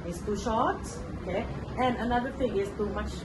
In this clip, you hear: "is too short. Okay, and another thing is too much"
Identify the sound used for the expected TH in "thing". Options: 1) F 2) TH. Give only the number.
1